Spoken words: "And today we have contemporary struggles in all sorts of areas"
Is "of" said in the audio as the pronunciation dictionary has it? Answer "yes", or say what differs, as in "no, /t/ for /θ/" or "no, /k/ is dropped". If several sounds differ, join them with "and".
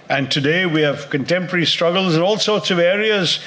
yes